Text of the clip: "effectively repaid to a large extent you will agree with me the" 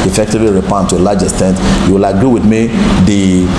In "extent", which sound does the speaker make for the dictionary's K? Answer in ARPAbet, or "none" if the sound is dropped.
none